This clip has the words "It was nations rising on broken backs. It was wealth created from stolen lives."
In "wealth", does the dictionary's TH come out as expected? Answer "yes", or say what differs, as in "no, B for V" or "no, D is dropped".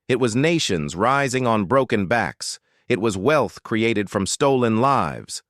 yes